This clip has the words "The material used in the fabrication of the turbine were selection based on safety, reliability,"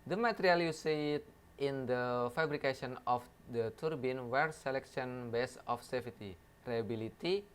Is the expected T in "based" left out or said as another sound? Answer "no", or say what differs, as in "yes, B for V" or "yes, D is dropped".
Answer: yes, T is dropped